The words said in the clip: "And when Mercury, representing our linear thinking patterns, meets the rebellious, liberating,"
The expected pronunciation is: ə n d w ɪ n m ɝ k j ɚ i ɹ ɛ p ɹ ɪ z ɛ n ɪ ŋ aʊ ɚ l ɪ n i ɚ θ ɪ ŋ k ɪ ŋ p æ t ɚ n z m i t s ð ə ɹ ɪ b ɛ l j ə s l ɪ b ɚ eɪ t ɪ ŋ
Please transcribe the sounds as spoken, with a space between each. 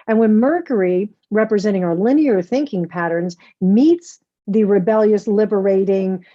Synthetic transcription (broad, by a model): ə n w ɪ n m ɝ k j ɚ i ɹ ɛ p ɹ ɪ z ɛ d ɪ ŋ aʊ ɚ l ɪ n i ɚ θ ɪ ŋ k ɪ ŋ p æ t ɚ n z m i t s ð ə ɹ ɪ b ɛ l j ə s l ɪ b ɚ eɪ t ɪ ŋ